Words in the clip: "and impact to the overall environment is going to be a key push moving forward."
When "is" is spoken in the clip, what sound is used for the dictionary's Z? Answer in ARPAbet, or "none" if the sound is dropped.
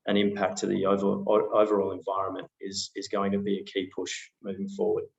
Z